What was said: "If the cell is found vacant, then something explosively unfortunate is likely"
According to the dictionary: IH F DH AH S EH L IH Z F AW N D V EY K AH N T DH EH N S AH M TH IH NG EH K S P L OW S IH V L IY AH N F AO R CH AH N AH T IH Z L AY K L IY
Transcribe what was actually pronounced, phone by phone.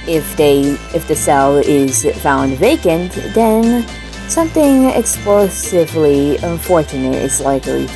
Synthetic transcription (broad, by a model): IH F DH AH S EH L IH Z F AW N D V EY K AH N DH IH N S AH M TH IH NG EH K S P L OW S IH V L IY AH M F AO R CH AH N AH T IH Z L AY K L IY